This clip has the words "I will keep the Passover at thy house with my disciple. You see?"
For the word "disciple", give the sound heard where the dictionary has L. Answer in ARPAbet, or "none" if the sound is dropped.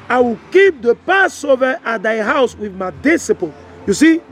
N